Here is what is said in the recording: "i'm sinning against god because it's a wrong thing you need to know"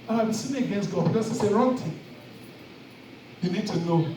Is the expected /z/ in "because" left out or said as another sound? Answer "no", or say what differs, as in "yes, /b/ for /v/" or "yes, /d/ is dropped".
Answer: yes, /s/ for /z/